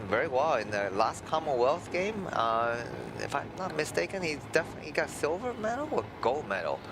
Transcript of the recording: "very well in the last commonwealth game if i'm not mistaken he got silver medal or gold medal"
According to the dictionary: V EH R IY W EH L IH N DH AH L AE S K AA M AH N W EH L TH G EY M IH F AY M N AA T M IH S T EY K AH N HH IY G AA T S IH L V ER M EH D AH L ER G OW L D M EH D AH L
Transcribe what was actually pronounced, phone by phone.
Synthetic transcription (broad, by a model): V EH R IY W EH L IH N DH AH L AE S K AA M AH N W EH L TH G EY M IH F AY M N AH T M IH S T EY K AH N HH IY G AA T S IH L V ER M EH D L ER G OW L M EH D L